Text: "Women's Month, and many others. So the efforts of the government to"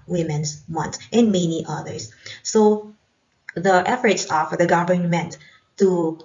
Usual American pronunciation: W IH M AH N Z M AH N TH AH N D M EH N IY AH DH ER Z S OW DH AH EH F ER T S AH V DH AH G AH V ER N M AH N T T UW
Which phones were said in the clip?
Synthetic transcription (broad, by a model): W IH M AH N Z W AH N S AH N M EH N IY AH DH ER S S OW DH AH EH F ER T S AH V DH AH G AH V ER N M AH N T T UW